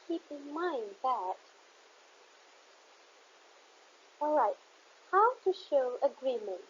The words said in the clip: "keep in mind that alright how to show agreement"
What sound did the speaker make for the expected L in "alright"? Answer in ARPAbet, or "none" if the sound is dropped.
L